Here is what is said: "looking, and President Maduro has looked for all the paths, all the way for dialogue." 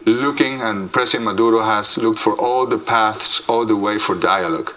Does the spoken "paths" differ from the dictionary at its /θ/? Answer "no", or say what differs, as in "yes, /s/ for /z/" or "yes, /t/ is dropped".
no